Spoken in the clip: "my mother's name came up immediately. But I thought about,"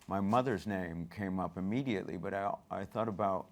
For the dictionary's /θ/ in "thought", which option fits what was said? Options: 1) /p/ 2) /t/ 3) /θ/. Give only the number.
3